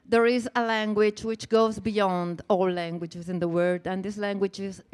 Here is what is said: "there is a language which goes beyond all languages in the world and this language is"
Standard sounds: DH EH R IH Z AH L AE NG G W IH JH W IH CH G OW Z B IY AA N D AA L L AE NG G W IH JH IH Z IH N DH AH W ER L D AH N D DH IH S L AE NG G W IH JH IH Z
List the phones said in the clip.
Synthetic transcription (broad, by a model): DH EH R IH Z AH L AE NG G W IH JH W IH CH G OW Z B IY AA N D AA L L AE NG G W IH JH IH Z IH N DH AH W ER D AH N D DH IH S L AE NG G W IH JH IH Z